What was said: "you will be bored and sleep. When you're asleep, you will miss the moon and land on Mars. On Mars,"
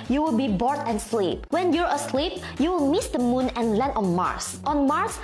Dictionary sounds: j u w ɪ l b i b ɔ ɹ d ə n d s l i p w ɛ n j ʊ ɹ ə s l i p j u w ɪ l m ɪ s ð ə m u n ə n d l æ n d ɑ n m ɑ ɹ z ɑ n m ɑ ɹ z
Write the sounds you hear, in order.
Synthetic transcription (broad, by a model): j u w ɪ l b i b ɔ ɹ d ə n s l i p w ɛ n j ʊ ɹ ə s l i p j u w ɪ l m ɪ s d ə m u n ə n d l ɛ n ɑ n m ɑ ɹ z ɑ n m ɑ ɹ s